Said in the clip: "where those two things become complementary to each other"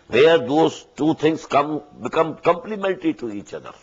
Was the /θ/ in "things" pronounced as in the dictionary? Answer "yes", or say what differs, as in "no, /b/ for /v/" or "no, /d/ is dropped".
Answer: no, /t/ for /θ/